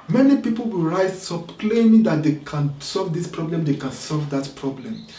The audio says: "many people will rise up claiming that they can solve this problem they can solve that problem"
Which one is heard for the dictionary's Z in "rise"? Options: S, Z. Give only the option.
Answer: S